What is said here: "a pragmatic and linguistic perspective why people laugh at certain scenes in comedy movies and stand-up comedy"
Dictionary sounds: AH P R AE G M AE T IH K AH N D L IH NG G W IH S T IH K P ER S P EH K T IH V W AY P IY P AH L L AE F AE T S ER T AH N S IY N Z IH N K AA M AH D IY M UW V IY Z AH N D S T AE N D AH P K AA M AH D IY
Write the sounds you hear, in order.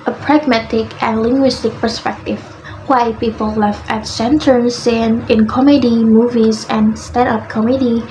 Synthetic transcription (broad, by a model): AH P R AE G M AE T IH K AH N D L IH NG G W IH S T IH K P ER S P EH K T IH V W AY P IY P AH L L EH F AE T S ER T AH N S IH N IH N K AA M AH D IY M UW V IY Z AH N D S T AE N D AH P K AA M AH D IY